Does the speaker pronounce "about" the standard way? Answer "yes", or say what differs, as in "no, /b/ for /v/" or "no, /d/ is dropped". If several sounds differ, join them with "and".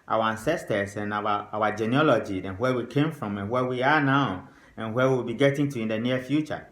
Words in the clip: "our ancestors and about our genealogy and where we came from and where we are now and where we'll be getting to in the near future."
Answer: no, /b/ is dropped and /t/ is dropped